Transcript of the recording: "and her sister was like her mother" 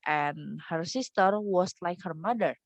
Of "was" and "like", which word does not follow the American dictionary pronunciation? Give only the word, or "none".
was